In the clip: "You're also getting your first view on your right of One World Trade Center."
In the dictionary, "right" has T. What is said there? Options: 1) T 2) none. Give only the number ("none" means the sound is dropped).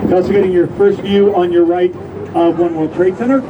1